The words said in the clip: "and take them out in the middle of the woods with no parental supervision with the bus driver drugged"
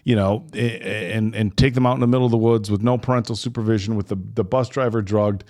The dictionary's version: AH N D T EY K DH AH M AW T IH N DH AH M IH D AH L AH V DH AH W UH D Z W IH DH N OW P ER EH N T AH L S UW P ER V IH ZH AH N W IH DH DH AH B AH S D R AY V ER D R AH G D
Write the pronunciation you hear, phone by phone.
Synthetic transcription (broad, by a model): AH N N T EY K DH AH M AW T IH N DH AH M IH D L AH V DH AH W UH D Z W IH DH N OW P ER EH N T L S UW P ER V IH ZH AH N W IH DH DH AH B AH S D R AY V ER D R AH G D